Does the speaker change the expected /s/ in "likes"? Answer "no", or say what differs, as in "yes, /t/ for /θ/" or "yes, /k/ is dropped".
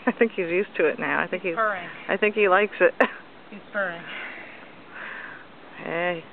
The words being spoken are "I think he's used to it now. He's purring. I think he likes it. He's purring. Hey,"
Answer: no